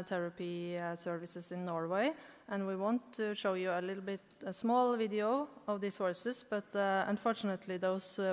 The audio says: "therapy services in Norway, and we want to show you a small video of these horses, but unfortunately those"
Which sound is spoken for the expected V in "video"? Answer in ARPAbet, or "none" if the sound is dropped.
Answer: V